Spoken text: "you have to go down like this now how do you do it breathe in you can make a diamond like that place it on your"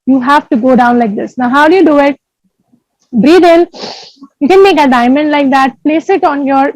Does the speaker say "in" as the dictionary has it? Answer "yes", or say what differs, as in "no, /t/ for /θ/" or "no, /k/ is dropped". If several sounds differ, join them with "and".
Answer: no, /l/ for /n/